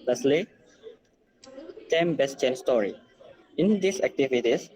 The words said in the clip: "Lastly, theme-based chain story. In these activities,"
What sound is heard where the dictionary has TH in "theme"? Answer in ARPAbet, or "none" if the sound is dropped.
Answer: T